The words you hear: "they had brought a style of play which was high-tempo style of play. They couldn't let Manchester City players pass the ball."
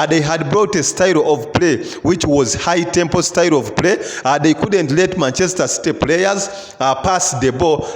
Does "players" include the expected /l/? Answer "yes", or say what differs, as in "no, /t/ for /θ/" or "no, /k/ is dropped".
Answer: yes